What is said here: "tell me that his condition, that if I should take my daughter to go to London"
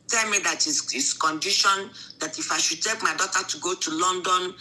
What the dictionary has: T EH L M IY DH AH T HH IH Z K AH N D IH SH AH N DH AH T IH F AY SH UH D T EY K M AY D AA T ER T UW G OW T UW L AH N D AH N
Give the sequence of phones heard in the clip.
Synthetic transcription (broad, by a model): T EH L M IY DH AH T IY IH S K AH N D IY SH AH N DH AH T IH F AY SH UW D T EY K M AY D AA T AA T UW G OW T UW L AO N D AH N